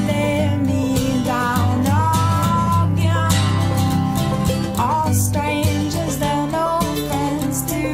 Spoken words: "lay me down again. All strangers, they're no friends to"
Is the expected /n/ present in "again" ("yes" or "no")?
no